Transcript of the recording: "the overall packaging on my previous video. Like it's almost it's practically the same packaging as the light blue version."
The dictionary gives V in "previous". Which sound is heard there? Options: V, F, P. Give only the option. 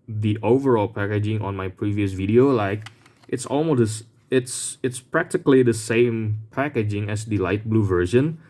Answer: V